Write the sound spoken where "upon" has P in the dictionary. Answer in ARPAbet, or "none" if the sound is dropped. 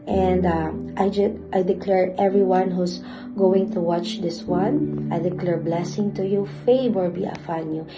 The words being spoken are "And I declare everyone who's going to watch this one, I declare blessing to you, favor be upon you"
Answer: F